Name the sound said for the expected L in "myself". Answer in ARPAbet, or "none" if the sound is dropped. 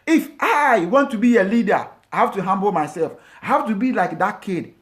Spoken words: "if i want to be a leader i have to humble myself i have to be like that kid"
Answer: L